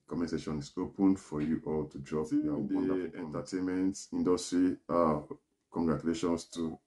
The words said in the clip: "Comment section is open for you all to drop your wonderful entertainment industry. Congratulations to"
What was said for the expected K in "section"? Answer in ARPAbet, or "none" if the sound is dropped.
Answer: none